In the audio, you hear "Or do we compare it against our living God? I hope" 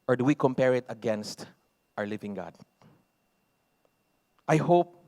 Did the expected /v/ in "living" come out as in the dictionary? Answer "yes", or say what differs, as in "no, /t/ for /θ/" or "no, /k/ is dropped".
yes